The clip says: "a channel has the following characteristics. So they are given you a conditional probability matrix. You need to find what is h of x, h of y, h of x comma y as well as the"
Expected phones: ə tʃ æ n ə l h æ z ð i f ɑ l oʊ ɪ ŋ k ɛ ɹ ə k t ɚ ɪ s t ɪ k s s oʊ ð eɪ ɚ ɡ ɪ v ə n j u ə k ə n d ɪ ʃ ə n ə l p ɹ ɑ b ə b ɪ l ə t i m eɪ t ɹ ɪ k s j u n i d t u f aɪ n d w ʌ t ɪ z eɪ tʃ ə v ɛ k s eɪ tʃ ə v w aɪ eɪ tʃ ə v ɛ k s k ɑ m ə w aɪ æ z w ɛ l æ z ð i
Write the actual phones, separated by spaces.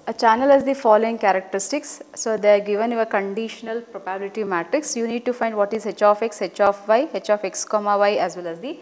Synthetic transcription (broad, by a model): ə tʃ æ n ə l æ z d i f ɑ l oʊ ɪ ŋ k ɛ ɹ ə k t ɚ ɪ s t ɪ k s s oʊ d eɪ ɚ ɡ ɪ v ə n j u ə k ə n d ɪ ʃ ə n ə l p ɹ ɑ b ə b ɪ l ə t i m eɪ t ɹ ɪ k s j u n i d t u f aɪ n d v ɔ t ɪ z eɪ tʃ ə f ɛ k s eɪ tʃ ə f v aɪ eɪ tʃ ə f ɛ k s k ɑ m ə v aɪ æ z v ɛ l æ z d i